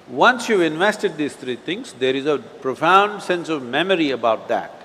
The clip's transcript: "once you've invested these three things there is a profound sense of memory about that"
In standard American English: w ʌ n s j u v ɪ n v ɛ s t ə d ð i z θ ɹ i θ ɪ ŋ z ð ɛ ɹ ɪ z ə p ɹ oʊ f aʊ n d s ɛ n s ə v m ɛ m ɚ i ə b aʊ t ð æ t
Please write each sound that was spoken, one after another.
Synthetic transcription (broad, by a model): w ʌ n s j u v ɪ n v ɛ s t ə d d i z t ɹ i t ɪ ŋ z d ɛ ɹ ɪ z ə p ɹ oʊ f aʊ n d s ɛ n s ə v m ɛ m ɚ i ə b aʊ t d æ t